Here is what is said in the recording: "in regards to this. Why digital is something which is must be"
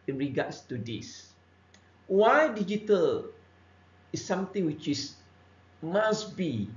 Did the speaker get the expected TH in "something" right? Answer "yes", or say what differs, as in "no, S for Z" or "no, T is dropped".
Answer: no, T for TH